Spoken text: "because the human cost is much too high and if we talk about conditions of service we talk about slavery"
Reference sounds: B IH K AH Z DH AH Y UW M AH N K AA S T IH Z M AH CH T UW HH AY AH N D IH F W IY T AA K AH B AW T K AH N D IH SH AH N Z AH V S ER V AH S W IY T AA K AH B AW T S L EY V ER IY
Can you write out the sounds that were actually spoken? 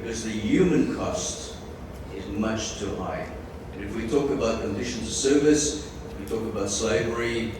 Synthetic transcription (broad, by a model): K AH Z DH AH Y UW M AH N K AA S T IH Z M AH CH T UW HH AY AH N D IH F W IY T AA K AH B AW T K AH N D IH SH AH N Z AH S ER V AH S W IY T AA K AH B AW T S L EY V ER IY